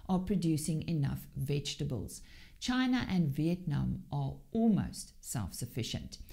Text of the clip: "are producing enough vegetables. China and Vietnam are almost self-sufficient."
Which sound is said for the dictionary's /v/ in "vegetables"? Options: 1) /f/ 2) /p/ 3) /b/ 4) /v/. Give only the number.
4